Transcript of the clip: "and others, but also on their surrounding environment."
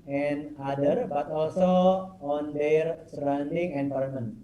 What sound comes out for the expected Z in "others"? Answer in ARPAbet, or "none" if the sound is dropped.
none